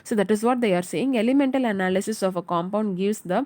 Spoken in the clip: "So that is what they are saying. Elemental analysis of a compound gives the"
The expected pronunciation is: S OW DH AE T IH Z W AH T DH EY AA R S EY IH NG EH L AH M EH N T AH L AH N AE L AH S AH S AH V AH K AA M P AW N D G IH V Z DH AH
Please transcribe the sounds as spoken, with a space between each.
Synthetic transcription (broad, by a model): S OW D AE T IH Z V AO T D EY AA R S EY IH NG EH L AH M EH N T AH L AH N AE L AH S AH S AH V AH K AA M P AW N D G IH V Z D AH